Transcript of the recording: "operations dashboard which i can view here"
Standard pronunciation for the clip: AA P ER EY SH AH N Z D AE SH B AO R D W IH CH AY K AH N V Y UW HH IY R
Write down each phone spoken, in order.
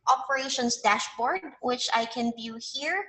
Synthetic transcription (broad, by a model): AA P ER EY SH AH N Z D AE SH B AO R D W IH CH AY K AH N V Y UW HH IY R